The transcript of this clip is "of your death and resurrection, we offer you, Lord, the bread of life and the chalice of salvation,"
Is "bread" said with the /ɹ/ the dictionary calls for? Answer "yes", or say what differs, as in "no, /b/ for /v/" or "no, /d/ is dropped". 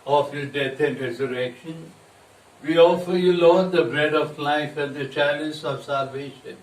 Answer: yes